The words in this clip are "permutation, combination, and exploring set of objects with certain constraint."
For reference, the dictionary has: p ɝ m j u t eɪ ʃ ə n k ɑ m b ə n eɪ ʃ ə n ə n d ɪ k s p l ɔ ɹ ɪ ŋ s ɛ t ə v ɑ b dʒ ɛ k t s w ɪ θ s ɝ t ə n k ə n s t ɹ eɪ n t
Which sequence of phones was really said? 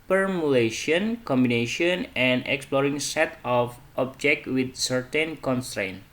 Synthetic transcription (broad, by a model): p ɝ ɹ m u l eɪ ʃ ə n k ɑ m b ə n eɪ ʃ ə n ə n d ɪ k s p l ɔ ɹ ɪ ŋ s ɛ t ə f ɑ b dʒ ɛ k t w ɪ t s ɝ t ə n k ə n s t ɹ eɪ n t